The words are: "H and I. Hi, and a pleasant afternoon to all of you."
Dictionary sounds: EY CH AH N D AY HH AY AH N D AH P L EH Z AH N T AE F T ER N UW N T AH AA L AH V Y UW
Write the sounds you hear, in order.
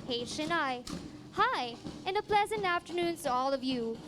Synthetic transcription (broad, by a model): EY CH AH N AY HH AY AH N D AH P L EH Z AH N T AE F T ER N UW N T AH AA L AH V Y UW